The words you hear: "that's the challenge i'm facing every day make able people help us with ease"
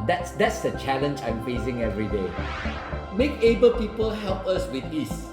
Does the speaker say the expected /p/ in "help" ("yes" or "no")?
yes